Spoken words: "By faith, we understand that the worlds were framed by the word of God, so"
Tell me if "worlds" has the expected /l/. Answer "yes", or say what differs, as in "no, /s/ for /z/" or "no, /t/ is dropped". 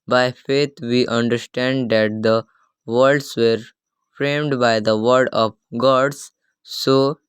no, /l/ is dropped